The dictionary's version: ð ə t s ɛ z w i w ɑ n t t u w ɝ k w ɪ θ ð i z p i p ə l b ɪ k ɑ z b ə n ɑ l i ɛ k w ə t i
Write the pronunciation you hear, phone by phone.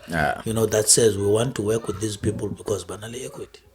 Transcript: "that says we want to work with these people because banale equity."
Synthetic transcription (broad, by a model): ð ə t s ɛ z w i w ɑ n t t u w ɝ k w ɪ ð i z p i p ə l b ɪ k ɑ z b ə n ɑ l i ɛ k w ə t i